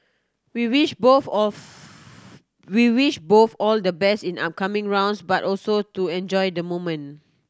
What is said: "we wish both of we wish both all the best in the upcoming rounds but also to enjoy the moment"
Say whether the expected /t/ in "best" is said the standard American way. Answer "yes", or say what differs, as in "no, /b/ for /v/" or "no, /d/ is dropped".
no, /t/ is dropped